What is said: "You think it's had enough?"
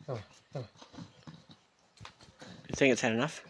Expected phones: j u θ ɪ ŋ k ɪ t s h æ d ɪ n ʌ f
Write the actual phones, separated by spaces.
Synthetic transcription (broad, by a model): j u θ ɪ ŋ k ɪ t s h æ d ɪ n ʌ f